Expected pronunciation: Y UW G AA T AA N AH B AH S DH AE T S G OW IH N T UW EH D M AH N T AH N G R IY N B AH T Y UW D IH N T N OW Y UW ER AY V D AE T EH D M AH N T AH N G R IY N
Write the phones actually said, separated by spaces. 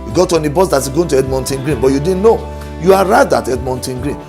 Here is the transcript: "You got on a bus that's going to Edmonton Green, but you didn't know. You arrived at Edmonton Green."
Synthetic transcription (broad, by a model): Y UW G AA T AA N AH B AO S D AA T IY G OW IH N T UW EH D M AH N T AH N G R IY N B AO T Y UW D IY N N OW Y UW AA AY D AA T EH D M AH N T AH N G R IY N